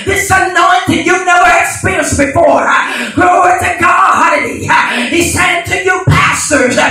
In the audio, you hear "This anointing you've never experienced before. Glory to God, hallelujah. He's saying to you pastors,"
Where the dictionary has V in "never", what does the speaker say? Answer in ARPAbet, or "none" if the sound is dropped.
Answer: none